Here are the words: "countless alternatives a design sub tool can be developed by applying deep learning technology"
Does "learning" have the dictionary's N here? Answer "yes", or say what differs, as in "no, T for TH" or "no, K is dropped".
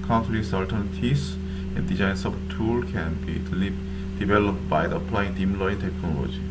no, N is dropped